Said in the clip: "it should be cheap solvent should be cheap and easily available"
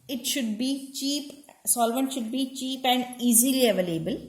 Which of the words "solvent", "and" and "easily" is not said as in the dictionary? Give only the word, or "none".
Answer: none